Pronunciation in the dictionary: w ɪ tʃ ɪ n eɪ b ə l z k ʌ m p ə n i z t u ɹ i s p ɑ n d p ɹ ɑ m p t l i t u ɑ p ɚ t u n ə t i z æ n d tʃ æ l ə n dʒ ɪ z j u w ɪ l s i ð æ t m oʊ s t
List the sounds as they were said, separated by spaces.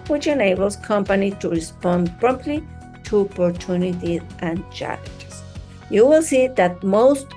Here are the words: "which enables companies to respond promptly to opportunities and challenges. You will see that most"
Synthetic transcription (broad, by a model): w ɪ tʃ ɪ n eɪ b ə l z k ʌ m p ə n i t u ɹ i s p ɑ n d p ɹ ɑ m p t l i t u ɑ p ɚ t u n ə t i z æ n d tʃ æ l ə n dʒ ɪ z j u w ɪ l s i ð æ t m oʊ s t